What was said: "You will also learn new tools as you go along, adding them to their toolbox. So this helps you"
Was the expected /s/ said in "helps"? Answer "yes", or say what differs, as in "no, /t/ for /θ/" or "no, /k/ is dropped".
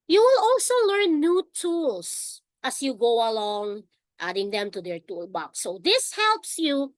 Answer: yes